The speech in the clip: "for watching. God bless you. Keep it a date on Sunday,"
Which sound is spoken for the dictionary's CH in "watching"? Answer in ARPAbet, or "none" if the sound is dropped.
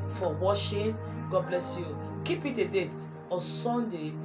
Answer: SH